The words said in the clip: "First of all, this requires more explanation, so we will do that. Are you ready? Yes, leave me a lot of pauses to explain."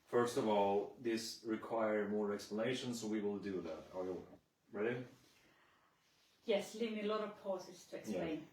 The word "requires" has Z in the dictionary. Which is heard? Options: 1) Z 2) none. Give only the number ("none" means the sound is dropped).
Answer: 2